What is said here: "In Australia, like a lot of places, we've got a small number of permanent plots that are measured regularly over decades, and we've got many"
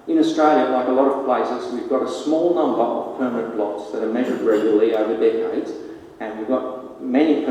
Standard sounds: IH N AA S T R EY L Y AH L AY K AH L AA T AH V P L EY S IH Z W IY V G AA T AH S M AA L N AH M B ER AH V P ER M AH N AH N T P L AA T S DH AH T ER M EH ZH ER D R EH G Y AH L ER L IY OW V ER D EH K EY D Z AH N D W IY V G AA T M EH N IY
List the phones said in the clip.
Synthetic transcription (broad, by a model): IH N AA S T R EY L Y AH L AY K AH L AA T AH V P L EY S IH Z W IY V G AA T AH S M AA L N AH M B ER AH V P ER M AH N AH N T B L AA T S DH AH T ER M EH ZH ER D R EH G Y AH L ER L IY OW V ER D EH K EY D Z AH N W IY V G AA T M EH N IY